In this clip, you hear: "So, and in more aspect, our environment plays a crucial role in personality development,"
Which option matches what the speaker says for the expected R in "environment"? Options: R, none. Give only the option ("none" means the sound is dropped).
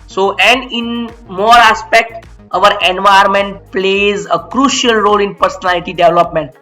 none